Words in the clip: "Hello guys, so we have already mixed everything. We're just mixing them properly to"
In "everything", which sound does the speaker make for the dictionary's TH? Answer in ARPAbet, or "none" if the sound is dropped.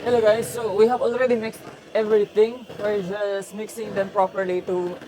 T